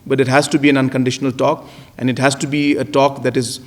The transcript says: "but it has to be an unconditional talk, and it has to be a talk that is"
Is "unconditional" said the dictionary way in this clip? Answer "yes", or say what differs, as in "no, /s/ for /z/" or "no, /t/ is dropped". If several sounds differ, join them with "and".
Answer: yes